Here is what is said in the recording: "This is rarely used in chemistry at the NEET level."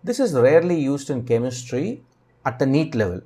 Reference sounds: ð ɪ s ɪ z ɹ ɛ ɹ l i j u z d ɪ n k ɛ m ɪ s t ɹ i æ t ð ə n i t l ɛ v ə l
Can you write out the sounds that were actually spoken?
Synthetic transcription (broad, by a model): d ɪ s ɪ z ɹ ɛ ɹ l i j u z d ɪ n k ɛ m ɪ s t ɹ i æ t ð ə n i t l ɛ v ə l